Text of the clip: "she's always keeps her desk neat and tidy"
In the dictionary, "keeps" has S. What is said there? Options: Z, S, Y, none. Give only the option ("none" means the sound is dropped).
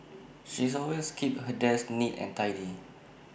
none